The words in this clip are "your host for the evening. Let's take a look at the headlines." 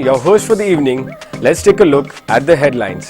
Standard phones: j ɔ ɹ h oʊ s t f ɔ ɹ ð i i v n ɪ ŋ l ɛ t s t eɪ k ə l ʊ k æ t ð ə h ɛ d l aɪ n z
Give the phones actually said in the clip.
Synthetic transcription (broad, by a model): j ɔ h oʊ s t f ɔ ɹ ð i i v n ɪ ŋ l ɛ t s t eɪ k ə l ʊ k æ t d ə h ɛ d l aɪ n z